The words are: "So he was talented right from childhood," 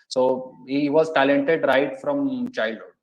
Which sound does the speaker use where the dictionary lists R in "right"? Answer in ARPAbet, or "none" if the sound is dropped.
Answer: R